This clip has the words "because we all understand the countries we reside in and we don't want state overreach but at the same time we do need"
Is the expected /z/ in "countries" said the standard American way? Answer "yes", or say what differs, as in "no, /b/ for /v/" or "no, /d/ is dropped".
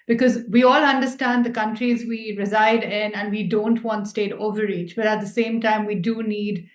yes